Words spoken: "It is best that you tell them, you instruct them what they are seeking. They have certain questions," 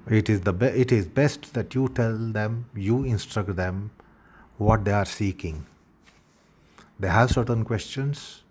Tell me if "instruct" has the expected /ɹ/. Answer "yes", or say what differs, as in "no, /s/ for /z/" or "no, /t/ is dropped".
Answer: yes